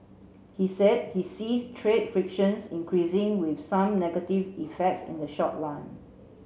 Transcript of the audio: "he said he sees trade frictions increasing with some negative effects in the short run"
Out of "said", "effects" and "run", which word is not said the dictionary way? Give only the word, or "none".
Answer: run